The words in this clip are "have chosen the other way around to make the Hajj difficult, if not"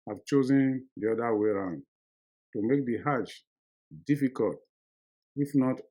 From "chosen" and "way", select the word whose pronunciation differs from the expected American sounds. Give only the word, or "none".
none